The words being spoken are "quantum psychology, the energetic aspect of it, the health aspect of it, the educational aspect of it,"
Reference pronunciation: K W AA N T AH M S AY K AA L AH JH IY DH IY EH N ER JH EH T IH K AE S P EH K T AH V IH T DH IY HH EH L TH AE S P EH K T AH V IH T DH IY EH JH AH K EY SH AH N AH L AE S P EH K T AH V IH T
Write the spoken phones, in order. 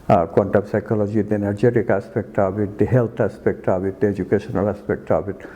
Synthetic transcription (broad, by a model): K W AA N T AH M S AY K AA L AH JH IY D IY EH N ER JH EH T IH K AE S P EH K T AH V IH T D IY HH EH L T AE S P EH K T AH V IH T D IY EH JH AH K EY SH AH N AH L AE S P EH K T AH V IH T